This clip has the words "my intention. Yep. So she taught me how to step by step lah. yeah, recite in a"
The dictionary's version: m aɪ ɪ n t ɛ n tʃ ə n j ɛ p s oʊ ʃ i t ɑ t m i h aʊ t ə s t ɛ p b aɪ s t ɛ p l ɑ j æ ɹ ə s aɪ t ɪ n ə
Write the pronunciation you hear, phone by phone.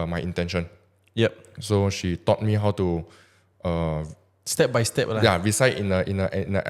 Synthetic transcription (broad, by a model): m aɪ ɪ n t ɛ n ʃ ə n j ɛ p s oʊ ʃ i t ɑ t m i h aʊ t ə s t ɛ p b aɪ s t ɛ p l ɑ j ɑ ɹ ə s aɪ t ɪ n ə